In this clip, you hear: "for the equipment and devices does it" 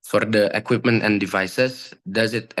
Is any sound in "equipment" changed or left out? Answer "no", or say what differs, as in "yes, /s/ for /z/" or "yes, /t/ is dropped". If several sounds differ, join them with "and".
no